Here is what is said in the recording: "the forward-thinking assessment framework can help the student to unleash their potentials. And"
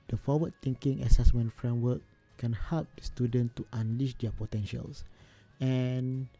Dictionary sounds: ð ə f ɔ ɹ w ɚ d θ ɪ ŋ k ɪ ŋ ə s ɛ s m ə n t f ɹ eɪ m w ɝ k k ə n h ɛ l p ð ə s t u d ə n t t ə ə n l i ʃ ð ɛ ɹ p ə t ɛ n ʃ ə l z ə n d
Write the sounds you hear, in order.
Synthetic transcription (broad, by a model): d ə f ɔ w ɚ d t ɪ ŋ k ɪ ŋ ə s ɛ s m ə n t f ɹ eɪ m w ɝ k k ə n h ɛ l p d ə s t u d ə n t t ə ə n l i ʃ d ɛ p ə t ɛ n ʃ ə l s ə n